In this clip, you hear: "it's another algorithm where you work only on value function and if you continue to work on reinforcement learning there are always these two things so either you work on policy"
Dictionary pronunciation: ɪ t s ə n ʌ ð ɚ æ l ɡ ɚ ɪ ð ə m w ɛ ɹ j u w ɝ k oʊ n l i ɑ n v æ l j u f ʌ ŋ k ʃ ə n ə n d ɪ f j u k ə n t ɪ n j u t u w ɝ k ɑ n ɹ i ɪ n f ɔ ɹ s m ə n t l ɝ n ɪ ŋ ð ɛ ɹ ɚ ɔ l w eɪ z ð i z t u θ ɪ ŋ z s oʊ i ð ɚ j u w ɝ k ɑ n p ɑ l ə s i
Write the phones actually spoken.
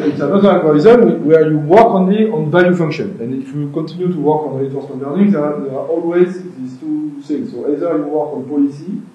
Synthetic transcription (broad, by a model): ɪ t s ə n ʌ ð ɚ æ n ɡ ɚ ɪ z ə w w ɛ ɹ j u w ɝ k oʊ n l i ɑ n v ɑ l j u f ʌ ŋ k ʃ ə n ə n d ɪ f j u k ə n t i n j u t u w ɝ k ɑ n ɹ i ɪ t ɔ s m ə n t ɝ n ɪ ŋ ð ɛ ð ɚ ɔ l w eɪ z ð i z t u s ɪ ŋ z s oʊ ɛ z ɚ j u w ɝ k ɑ n p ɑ l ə s i